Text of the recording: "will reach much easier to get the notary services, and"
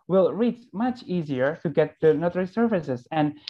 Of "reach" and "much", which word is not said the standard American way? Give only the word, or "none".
none